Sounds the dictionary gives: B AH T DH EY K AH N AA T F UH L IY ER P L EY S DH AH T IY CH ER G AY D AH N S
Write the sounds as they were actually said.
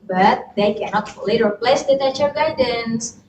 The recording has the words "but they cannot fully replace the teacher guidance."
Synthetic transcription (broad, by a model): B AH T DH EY K AH N AA T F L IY ER P L EY S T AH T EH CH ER G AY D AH N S